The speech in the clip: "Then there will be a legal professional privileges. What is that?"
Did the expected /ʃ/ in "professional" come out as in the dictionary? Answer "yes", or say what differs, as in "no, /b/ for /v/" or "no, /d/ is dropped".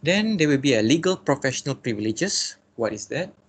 yes